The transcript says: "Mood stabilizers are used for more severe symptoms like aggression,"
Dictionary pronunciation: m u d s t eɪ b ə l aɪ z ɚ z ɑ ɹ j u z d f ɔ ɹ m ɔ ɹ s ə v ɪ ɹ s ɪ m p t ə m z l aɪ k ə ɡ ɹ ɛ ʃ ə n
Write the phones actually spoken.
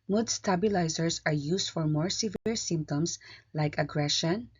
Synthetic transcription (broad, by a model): m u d s t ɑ b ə l aɪ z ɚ s ɑ ɹ j u s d f ɔ ɹ m ɔ ɹ s ə v ɪ ɹ s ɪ m p t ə m s l aɪ k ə ɡ ɹ ɛ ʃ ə n